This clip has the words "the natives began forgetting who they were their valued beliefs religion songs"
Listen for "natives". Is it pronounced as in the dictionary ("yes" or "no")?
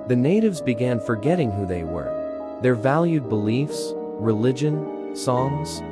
yes